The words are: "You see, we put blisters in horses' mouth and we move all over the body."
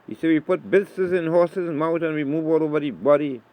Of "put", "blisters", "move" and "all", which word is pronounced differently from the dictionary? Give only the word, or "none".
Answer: blisters